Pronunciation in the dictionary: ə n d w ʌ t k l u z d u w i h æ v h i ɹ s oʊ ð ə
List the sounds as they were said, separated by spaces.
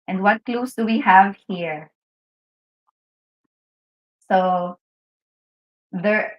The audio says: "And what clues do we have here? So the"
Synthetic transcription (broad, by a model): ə n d w ʌ t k l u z d u w i h æ v h i ɹ s oʊ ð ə